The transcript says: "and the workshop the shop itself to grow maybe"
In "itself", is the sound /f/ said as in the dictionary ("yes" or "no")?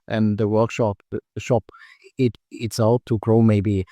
no